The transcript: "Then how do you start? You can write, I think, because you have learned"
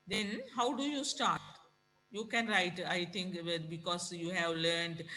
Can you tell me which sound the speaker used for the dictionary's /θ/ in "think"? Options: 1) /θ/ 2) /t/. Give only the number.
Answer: 2